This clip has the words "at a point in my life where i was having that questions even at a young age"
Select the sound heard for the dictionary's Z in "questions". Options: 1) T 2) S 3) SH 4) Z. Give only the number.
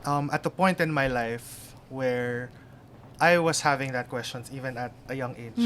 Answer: 2